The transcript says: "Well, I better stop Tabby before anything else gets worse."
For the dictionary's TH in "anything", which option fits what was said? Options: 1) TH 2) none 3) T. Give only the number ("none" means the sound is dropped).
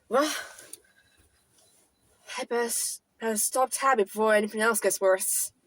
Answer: 1